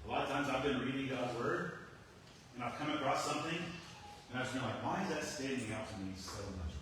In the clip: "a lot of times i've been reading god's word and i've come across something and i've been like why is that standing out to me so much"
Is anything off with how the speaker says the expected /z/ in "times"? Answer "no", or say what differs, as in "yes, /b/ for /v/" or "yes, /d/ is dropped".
no